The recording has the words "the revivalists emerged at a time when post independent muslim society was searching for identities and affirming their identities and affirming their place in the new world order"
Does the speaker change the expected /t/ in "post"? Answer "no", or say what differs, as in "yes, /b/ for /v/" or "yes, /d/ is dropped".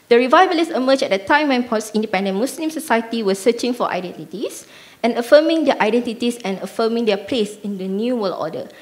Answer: yes, /t/ is dropped